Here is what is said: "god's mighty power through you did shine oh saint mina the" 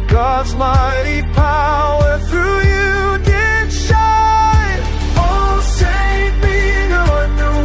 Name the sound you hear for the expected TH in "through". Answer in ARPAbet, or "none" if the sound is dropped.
TH